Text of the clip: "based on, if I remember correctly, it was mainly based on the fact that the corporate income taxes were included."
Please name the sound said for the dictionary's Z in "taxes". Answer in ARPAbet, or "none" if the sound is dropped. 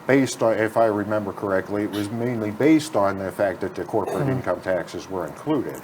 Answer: Z